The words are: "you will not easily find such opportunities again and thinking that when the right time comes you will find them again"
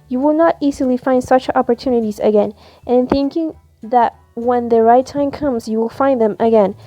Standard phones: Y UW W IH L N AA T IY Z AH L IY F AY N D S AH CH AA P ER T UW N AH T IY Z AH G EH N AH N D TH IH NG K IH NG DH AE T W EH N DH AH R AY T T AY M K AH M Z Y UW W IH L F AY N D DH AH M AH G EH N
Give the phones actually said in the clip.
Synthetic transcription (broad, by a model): Y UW W IH L N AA T IY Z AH L IY F AY N D S AH CH AA P ER T UW N AH T IY Z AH G EH N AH N TH IH NG K IH NG DH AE T W EH N DH AH R AY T T AY M K AH M Z Y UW W IH L F AY N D DH AH M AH G EH N